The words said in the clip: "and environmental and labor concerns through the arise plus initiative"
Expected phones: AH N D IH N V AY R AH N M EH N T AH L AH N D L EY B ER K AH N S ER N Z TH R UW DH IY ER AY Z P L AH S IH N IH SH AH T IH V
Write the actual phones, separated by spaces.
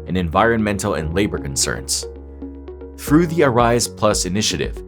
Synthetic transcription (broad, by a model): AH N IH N V AY R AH N M EH N T L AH N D L EY B ER K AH N S ER N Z TH R UW DH IY ER AY Z P L AH S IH N IH SH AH T IH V